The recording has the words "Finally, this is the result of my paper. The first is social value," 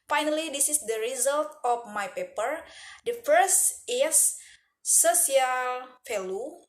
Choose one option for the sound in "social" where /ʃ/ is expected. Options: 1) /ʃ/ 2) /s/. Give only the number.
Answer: 2